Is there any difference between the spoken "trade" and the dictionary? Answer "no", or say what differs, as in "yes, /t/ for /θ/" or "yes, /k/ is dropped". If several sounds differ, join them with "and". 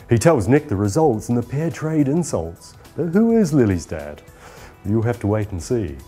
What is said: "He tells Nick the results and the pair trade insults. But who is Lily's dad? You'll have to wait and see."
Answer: no